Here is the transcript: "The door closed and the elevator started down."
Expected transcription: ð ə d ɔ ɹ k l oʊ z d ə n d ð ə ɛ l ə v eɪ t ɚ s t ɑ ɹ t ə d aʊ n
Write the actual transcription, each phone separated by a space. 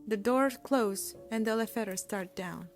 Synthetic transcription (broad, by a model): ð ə d ɔ ɹ k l oʊ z ə n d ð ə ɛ l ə f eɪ t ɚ s t ɑ ɹ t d aʊ n